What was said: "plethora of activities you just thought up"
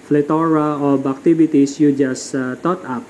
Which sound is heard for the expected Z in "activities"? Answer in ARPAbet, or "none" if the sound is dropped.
S